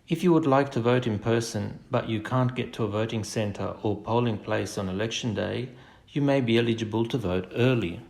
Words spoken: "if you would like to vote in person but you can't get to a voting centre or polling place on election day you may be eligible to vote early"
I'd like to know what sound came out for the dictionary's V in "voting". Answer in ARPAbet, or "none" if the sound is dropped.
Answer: V